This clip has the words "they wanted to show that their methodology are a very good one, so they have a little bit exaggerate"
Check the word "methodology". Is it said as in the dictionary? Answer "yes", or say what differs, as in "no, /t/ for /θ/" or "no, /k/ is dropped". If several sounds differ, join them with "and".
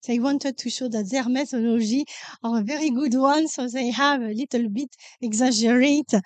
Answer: no, /ʒ/ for /dʒ/